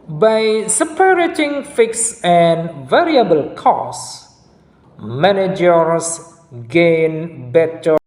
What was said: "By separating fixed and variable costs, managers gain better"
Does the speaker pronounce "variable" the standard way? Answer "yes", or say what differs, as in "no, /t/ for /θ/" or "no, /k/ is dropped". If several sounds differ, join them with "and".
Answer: yes